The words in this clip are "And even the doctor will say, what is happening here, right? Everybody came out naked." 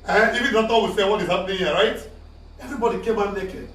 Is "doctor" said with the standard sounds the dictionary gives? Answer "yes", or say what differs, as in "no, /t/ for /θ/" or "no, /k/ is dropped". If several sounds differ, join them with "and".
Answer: no, /k/ is dropped